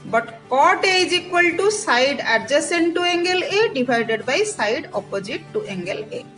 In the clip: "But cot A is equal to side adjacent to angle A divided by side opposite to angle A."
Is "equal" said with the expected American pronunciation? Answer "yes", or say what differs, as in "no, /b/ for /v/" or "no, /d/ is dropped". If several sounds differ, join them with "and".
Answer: yes